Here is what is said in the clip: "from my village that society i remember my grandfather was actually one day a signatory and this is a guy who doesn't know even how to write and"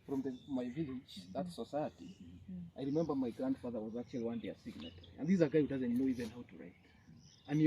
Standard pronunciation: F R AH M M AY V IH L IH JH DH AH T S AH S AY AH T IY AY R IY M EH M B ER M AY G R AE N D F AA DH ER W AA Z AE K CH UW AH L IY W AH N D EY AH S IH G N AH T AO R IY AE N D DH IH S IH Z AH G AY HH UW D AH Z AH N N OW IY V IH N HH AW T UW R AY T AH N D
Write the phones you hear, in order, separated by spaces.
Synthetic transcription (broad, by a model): F R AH M M AY V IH L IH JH DH AH T S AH S AY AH T IY AY R IY M EH M B ER M AY G R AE N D F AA DH ER W AA Z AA K CH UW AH L IY W AH N D EY AH S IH G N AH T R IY N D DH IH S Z AH G AY HH UW D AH Z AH N N OW IY V IH N HH AW T UW R AY T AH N